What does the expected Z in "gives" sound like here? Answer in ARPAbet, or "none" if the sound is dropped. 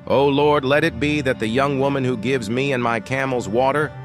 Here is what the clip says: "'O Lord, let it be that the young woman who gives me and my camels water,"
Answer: Z